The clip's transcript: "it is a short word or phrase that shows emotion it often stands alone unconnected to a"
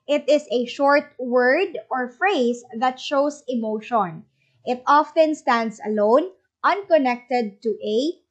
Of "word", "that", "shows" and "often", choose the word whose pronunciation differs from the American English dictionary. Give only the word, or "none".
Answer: shows